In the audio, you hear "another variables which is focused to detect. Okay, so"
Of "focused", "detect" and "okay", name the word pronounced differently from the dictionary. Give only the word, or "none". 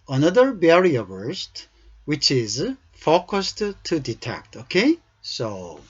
none